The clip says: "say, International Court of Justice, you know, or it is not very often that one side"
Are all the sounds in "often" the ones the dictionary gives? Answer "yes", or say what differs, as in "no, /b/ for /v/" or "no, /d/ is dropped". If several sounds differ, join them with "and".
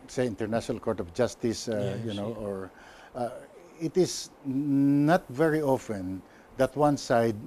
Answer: yes